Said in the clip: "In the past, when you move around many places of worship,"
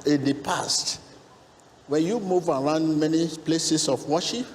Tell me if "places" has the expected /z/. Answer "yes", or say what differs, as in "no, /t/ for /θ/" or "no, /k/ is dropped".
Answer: no, /s/ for /z/